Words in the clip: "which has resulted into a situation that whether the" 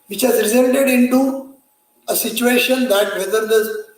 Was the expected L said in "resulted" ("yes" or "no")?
no